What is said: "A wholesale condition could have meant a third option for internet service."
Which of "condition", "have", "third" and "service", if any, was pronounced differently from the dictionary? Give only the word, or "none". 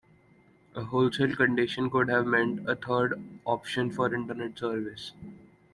third